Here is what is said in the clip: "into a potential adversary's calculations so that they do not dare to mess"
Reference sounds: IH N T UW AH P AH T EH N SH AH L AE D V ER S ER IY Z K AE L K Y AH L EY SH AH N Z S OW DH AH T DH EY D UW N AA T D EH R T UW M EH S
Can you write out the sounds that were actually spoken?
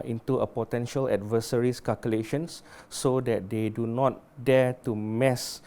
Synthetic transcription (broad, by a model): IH N T UW AH P AH T EH N SH AH L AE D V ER S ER IY S K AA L K Y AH L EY SH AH N S OW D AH T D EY D UW N AA T D EH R T UW M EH S